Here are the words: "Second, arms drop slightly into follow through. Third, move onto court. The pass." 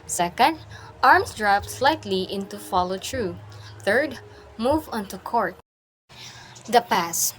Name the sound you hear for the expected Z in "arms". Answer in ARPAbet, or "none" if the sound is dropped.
S